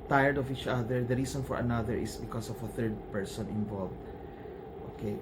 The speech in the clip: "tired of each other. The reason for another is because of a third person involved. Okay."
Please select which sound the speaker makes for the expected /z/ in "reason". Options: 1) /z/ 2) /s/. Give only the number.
2